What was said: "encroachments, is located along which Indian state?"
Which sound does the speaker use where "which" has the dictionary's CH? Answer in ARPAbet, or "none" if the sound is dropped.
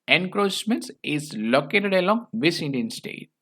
S